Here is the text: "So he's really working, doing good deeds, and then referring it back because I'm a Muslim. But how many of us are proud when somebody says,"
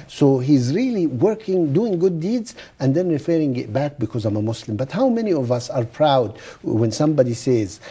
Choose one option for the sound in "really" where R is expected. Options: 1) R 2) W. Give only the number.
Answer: 1